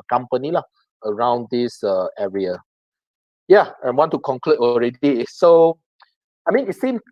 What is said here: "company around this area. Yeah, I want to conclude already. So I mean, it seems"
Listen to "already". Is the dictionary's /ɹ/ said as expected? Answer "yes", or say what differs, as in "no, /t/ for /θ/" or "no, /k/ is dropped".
yes